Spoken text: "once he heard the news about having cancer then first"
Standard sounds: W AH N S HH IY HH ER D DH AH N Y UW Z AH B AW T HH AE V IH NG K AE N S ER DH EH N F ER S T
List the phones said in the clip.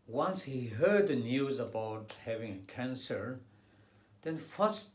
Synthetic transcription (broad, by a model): W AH N S HH IY HH ER D DH AH N Y UW Z AH B AW T HH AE V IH NG K AE N S ER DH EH N F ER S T